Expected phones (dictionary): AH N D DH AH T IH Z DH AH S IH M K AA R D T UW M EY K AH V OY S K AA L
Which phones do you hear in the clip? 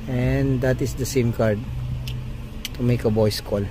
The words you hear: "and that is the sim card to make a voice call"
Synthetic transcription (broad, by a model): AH N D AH T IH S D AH S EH M K AA R D T UW M EY K AH B OY S K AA L